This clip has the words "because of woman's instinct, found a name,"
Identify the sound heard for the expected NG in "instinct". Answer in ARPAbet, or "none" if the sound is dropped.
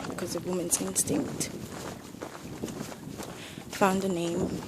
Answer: NG